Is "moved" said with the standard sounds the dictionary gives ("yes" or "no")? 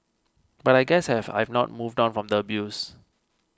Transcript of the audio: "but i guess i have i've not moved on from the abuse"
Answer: yes